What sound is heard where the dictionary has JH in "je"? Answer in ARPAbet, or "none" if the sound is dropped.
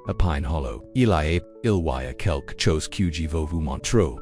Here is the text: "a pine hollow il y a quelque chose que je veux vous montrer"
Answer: JH